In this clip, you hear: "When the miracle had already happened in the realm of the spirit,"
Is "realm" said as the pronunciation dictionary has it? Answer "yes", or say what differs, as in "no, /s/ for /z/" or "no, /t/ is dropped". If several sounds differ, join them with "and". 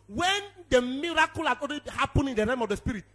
no, /l/ is dropped